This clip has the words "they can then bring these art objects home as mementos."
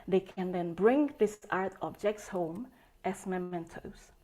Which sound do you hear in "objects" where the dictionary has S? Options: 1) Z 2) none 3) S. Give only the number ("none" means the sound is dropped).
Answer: 3